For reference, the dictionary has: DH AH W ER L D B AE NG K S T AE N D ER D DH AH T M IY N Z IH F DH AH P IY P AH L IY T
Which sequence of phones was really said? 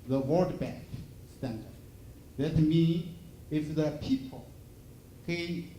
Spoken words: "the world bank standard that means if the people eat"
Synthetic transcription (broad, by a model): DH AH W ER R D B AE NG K S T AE N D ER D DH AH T M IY N IH F DH AH P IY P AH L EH